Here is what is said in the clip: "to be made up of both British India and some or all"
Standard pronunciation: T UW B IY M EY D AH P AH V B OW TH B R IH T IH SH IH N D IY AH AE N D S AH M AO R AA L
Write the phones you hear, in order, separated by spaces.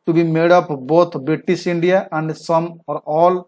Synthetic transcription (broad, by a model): T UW B IY M EY D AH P B OW T B R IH T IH S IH N D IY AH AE N D S AH M AO R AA L